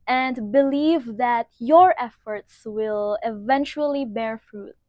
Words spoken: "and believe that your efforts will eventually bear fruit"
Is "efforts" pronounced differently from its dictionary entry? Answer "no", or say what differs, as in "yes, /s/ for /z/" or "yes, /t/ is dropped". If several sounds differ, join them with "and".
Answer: no